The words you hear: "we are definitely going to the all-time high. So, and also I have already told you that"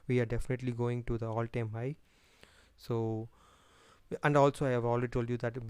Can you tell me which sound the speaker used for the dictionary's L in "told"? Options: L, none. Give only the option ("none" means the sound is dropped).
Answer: L